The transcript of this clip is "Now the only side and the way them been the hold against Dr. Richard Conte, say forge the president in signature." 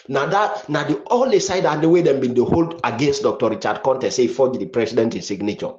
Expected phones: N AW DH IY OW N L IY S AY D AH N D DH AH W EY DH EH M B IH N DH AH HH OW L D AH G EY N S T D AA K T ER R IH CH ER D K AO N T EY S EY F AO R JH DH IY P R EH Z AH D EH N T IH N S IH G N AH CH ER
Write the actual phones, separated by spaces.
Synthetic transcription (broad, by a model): N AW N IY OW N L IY S AY D AH N D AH W EY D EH M B IH N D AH HH OW L D AH G EY N S T D AA K T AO R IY CH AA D K AO N T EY S EY F AO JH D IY P R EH S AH D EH N T IH N S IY G N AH CH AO